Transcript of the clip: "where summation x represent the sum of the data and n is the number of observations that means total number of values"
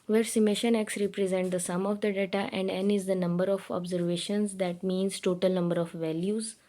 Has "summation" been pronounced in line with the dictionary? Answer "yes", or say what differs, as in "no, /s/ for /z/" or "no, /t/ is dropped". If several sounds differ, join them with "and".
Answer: yes